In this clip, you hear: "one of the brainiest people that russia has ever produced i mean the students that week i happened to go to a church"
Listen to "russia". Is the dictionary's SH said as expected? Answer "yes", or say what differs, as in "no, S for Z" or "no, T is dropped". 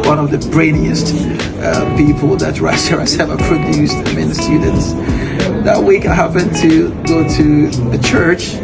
no, S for SH